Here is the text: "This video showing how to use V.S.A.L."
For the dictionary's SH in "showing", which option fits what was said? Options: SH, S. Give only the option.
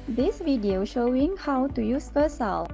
SH